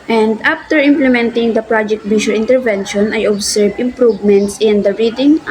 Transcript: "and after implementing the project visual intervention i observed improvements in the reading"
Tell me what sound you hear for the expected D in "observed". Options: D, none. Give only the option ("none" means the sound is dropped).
none